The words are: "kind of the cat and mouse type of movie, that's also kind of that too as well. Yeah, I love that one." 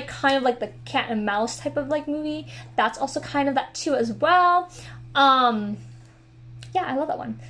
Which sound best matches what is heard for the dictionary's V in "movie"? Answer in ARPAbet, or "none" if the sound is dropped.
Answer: V